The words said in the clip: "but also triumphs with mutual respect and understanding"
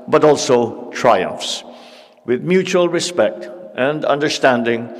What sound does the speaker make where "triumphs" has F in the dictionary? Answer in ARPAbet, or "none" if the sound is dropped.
F